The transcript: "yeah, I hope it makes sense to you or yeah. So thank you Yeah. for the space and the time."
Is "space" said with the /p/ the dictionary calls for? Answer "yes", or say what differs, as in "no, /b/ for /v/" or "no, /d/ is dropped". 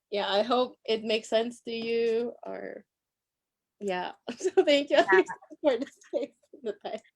no, /p/ is dropped